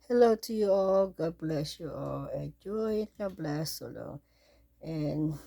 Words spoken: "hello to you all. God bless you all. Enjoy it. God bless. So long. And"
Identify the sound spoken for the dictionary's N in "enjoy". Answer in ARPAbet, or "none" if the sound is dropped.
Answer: none